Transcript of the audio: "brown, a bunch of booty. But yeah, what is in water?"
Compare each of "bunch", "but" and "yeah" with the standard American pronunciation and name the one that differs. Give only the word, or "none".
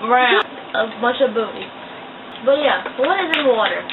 bunch